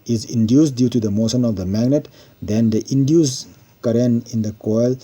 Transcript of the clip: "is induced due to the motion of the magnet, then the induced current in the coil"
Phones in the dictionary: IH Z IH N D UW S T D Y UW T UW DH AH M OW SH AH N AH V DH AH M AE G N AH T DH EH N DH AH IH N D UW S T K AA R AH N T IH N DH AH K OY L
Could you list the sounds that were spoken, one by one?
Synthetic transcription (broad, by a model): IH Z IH N D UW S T D Y UW T UW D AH M OW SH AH N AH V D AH M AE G N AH T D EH N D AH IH N D UW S K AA R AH N IH N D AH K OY L